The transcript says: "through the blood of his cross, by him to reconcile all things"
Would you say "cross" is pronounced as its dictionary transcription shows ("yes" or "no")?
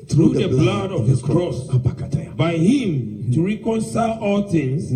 yes